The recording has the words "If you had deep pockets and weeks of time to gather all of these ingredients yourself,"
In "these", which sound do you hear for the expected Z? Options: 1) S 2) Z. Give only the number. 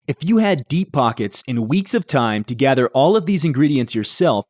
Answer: 2